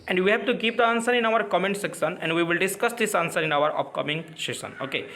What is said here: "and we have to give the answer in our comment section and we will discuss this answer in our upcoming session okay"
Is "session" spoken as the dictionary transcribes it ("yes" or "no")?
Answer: no